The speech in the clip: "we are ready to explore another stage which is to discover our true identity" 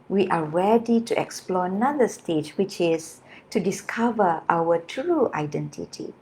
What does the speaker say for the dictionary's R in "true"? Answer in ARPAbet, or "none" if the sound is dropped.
R